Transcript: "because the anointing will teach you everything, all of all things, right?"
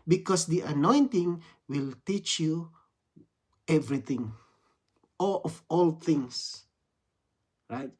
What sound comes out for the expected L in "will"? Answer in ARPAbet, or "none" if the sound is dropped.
L